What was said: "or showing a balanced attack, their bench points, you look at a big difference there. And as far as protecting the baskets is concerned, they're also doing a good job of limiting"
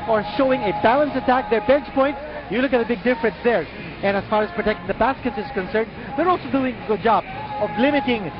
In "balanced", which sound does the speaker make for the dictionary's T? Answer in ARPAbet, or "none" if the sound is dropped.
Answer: none